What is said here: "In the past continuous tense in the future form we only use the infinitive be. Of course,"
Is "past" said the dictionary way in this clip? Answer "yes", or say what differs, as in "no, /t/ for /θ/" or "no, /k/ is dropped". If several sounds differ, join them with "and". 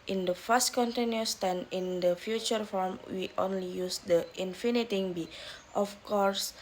no, /f/ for /p/